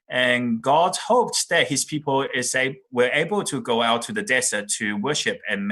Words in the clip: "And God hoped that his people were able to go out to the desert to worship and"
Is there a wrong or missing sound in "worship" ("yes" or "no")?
no